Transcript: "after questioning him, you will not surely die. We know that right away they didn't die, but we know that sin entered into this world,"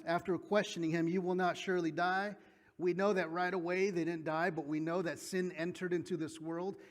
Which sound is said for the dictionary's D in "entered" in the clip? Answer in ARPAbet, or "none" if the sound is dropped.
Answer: D